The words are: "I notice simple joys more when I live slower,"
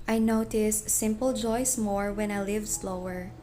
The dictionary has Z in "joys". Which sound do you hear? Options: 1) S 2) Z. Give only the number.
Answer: 1